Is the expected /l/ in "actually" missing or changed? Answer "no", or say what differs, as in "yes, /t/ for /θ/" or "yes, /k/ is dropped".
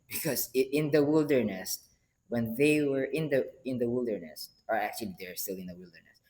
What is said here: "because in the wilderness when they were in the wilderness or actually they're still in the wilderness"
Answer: no